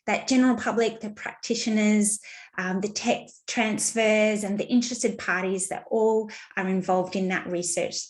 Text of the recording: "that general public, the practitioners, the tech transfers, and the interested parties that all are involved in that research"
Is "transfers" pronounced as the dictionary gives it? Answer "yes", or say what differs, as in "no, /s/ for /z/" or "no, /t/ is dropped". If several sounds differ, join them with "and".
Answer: yes